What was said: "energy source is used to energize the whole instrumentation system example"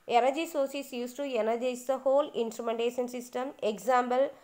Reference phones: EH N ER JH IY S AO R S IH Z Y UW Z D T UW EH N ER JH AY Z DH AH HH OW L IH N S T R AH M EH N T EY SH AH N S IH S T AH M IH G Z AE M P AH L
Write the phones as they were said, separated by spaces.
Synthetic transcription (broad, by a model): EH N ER JH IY S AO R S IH S Y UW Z T UW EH N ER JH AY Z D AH HH OW L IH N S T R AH M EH N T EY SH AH N S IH S T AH M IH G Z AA M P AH L